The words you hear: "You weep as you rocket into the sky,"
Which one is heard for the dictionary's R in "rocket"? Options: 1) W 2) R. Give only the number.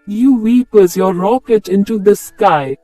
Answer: 2